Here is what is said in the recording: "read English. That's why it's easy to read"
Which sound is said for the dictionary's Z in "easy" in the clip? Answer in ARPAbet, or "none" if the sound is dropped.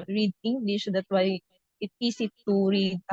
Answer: S